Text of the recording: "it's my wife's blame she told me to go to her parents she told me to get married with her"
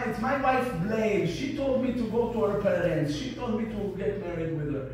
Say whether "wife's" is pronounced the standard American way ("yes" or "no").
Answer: no